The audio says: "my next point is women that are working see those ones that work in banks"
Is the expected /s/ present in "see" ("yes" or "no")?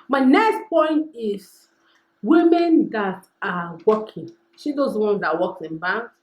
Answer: no